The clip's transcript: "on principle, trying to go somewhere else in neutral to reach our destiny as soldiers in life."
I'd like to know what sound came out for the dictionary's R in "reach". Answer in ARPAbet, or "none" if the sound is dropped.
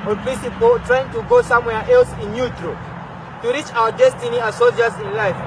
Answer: R